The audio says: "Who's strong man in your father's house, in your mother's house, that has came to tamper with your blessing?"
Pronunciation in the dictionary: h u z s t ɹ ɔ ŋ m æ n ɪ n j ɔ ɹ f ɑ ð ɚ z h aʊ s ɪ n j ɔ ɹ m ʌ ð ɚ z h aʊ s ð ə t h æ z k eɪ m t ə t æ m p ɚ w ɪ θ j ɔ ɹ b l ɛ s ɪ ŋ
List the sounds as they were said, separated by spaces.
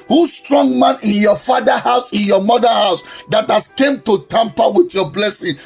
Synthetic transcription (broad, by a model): h u s t ɹ ɔ ŋ m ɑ n ɪ n j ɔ f ɑ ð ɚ h aʊ s ɪ n j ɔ m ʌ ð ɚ h aʊ s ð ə t h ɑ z k eɪ m t ə t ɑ m p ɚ w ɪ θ j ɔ b l ɛ s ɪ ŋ